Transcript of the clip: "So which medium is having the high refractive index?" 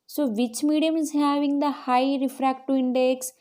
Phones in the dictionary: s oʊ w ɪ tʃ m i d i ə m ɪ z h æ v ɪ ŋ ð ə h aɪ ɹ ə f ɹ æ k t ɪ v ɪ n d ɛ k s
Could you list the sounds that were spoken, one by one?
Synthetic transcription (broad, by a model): s oʊ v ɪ tʃ m i d i ə m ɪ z h æ v ɪ ŋ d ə h aɪ ɹ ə f ɹ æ k t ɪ ɪ n d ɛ k s